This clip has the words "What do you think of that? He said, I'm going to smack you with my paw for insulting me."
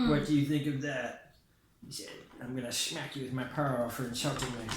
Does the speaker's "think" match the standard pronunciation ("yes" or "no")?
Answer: yes